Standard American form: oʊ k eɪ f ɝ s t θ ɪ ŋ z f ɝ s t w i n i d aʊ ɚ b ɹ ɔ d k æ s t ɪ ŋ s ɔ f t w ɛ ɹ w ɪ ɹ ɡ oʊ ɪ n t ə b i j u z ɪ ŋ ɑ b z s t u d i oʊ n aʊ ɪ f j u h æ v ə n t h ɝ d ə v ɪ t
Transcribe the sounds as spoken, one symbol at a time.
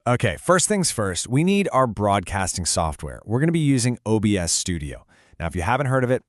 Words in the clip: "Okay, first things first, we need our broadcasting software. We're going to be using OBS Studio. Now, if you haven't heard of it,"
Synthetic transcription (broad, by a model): oʊ k eɪ f ɝ s t θ ɪ ŋ z f ɝ s t w i n i d aʊ ɚ b ɹ ɔ d k æ s t ɪ ŋ s ɔ f t w ɛ ɹ w ɪ ɹ ɡ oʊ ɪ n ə b i j u z ɪ ŋ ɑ b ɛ s t u d i oʊ n aʊ ɪ f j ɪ h æ v ə n t h ɝ d ə v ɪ t